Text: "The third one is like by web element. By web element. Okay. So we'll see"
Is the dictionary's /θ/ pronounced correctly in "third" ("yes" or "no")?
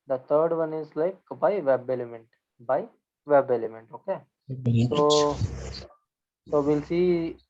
no